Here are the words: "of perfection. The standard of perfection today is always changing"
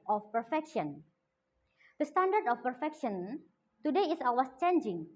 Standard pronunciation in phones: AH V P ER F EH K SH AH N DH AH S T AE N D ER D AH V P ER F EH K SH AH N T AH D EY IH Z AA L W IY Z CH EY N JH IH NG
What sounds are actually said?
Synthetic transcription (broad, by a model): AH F P ER F EH K SH AH N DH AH S T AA N D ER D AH F P ER F EH K SH AH N T AH D EY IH S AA W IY S CH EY N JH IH NG